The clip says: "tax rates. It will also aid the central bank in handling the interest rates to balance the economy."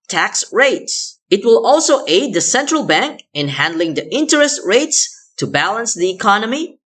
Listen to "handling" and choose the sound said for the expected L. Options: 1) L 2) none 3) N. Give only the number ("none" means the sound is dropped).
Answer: 1